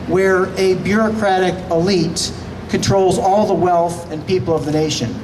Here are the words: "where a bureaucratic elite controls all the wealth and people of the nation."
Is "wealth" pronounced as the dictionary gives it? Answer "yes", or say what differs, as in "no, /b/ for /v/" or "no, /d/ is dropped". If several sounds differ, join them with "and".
yes